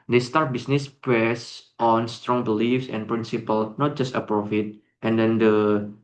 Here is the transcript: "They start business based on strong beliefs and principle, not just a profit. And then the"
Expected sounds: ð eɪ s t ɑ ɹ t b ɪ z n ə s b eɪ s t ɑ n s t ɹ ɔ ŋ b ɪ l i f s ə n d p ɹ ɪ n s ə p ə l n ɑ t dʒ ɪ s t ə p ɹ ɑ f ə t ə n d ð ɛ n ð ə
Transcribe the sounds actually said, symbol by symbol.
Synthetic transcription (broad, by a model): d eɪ s t ɑ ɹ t b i s n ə s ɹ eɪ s t ɑ n s t ɹ ɔ ŋ b ɪ l i f s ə n p ɹ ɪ n s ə p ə l n ɑ t dʒ ɪ s t ə p ɹ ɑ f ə t ə n d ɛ n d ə